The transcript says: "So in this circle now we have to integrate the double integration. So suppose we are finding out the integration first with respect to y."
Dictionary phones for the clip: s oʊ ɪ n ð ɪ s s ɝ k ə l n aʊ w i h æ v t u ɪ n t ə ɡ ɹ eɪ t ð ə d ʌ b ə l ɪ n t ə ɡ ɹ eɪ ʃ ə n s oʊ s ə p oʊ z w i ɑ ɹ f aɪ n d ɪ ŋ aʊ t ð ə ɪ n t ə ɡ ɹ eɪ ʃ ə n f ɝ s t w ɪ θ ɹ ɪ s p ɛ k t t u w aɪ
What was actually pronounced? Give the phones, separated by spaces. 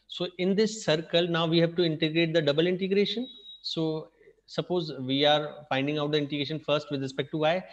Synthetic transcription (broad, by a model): s oʊ ɪ n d ɪ s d k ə l n aʊ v i h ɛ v t u ɪ n t ə ɡ ɹ eɪ t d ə d ʌ b ə l ɪ n t ə ɡ ɹ eɪ ʃ ə n s oʊ s ə p oʊ z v i ɑ ɹ f aɪ n d ɪ ŋ aʊ t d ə ɪ n t ə ɡ ɹ eɪ ʃ ə n f ɝ s t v ɪ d ɹ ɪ s p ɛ k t t u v aɪ